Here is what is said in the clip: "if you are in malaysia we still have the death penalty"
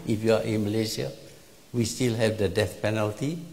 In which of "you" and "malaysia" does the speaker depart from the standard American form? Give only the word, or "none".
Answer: malaysia